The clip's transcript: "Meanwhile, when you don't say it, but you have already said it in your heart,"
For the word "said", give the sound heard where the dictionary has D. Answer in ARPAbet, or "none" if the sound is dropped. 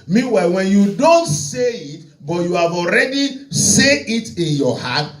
none